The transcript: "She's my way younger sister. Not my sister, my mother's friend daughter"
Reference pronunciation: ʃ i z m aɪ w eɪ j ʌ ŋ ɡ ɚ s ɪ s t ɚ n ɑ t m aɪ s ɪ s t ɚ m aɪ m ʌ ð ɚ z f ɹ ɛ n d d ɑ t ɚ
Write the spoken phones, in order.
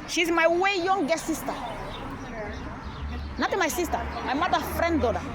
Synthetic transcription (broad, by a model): ʃ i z m aɪ w eɪ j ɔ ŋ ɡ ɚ s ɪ s t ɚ n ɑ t m aɪ s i s t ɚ m aɪ m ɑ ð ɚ f ɹ ɛ n d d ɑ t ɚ